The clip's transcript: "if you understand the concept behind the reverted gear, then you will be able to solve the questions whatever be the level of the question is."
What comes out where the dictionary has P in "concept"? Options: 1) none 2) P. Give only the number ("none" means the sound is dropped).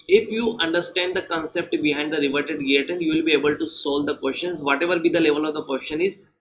2